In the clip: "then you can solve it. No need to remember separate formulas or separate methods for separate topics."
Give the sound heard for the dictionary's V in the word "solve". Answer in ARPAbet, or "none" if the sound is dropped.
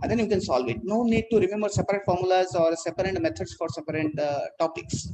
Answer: V